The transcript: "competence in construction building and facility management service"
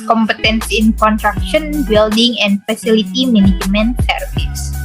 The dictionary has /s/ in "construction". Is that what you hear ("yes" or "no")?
no